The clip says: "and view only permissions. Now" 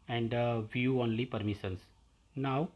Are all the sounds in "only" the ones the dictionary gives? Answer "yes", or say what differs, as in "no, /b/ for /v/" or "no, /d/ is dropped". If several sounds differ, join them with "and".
yes